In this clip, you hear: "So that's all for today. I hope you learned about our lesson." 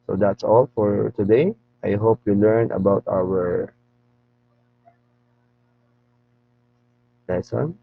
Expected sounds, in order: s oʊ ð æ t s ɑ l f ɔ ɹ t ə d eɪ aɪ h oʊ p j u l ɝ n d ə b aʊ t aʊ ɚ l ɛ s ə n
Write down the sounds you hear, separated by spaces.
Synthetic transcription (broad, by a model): s oʊ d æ t s ɑ l f ɔ ɹ t ə d eɪ aɪ h oʊ p j u l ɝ n ə b aʊ t aʊ ɚ l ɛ s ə n